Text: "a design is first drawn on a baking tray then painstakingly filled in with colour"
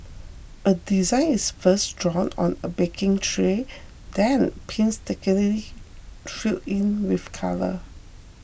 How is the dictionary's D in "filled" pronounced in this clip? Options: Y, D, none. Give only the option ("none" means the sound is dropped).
none